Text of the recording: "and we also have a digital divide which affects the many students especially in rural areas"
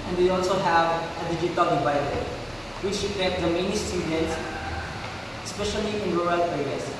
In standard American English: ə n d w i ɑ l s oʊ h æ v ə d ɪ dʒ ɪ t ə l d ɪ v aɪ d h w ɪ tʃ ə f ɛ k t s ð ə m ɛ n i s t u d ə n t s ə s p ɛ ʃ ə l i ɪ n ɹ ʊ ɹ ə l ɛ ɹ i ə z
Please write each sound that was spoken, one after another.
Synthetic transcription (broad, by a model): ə n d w i ɑ l s oʊ h æ v ə d ɪ dʒ ɪ t ə l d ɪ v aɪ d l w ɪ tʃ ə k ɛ t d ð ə m ɛ n i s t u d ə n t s s p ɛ ʃ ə l i ɪ n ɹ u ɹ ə l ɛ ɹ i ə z